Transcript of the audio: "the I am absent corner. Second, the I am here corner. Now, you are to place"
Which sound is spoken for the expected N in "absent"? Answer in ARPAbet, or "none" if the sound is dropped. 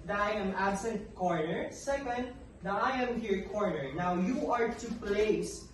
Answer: N